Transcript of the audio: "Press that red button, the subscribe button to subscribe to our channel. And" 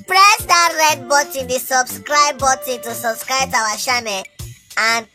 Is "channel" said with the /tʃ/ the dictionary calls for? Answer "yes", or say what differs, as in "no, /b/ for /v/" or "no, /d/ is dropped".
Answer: no, /ʃ/ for /tʃ/